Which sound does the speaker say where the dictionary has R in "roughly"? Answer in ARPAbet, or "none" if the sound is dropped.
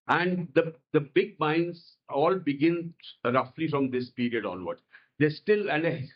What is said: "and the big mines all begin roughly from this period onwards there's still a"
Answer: R